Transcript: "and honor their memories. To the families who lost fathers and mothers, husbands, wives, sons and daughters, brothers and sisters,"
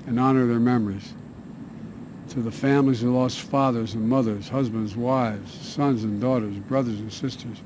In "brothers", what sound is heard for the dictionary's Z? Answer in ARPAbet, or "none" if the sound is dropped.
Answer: Z